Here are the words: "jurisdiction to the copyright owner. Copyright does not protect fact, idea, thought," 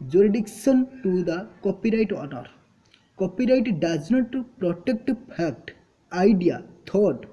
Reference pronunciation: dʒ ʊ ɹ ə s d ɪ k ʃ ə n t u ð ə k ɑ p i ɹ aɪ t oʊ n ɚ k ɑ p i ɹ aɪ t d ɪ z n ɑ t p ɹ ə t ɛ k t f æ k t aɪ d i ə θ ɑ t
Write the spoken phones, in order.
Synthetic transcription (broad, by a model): dʒ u ɹ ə d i k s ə n t u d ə k ɑ p i ɹ aɪ t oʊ n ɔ k ɑ p i ɹ aɪ t d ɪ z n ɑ t p ɹ ə t ɛ k t p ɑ k t aɪ d i ə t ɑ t